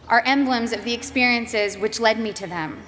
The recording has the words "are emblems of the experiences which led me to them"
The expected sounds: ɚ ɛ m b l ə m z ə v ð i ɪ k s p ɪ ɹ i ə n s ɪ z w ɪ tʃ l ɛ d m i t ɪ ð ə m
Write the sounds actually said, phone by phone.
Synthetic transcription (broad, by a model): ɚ ɛ m b l ə m z ə v ð i ɪ k s p ɪ ɹ i ə n s ɪ z w ɪ tʃ l ɛ d m i t ɪ ð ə m